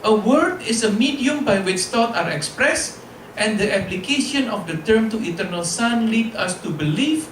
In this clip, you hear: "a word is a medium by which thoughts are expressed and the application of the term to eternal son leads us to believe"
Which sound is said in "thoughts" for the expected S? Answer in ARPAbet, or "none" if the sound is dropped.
none